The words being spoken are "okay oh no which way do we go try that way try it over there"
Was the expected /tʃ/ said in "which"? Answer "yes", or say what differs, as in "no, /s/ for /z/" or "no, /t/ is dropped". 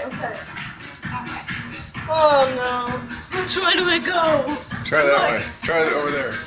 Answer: no, /s/ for /tʃ/